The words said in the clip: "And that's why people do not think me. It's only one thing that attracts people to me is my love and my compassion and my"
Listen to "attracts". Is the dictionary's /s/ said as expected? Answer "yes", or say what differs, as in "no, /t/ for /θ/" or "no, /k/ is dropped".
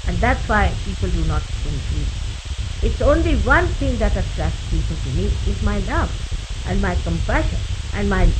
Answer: no, /s/ is dropped